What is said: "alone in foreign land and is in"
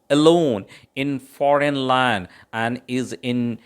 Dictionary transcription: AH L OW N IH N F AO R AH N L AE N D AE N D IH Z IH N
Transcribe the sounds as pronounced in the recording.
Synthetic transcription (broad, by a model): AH L OW N IH N F AO R AH N L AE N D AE N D IH Z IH N